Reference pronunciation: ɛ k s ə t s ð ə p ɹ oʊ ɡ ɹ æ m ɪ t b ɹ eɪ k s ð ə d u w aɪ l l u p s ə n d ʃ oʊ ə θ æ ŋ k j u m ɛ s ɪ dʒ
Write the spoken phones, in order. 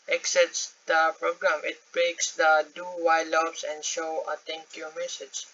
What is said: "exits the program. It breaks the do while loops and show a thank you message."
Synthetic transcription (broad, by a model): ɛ k s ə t s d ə p ɹ oʊ ɡ ɹ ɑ m ɪ t b ɹ eɪ k s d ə d u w aɪ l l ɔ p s ə n d ʃ oʊ ə t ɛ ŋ k j u m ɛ s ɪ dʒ